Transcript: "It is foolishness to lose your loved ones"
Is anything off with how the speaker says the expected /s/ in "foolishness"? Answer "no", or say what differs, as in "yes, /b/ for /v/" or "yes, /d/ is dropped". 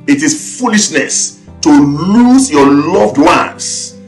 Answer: no